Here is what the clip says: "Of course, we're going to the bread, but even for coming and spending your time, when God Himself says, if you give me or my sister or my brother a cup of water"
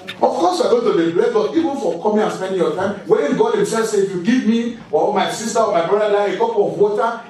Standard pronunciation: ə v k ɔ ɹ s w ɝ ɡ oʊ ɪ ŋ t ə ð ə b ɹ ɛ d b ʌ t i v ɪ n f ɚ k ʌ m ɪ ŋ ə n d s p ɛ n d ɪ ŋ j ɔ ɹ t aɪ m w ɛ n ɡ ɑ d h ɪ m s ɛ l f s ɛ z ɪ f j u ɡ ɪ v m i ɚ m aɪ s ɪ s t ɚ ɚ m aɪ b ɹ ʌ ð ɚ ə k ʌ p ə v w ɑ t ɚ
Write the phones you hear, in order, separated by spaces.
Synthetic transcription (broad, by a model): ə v k ɔ s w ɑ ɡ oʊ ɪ t ə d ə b l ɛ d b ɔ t i v ɪ n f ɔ k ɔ m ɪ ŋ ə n s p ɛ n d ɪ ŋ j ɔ t aɪ m w ɛ n ɡ ɑ d h ɪ m s ɛ l f s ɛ ɪ f j u ɡ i v m i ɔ m aɪ s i s t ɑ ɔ m aɪ b ɹ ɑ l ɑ ə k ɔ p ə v w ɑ t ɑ